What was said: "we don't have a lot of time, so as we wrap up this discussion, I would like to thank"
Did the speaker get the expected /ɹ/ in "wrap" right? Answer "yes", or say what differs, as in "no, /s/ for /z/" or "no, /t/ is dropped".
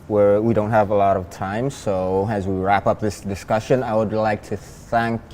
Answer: yes